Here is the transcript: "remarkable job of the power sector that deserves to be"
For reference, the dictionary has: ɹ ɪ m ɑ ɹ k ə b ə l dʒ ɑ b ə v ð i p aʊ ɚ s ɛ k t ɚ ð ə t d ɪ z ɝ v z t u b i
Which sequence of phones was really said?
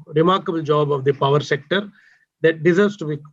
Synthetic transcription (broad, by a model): ɹ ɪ m ɑ ɹ k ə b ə l dʒ ɑ b ə v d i p aʊ ɚ s ɛ k t ɚ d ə t d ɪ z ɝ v s t u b i